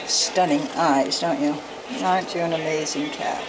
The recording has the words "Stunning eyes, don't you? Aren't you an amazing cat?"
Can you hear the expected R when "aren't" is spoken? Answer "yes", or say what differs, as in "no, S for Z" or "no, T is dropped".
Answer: no, R is dropped